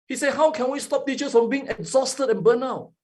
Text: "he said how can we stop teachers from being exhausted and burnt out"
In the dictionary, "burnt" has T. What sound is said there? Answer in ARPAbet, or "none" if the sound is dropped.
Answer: none